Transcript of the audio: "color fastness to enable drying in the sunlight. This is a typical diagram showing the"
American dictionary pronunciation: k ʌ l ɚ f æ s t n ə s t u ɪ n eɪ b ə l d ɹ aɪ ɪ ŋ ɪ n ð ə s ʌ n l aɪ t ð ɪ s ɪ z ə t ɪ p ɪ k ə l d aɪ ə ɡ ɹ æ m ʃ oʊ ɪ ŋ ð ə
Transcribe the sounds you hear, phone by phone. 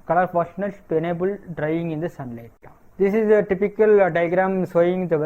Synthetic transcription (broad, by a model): k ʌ l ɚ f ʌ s n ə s t u ɪ n eɪ b ə l d ɹ aɪ ɪ ŋ ɪ n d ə s ʌ n l aɪ t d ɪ s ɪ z ə t ɪ p ɪ k ə l d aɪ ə ɡ ɹ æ m s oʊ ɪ ŋ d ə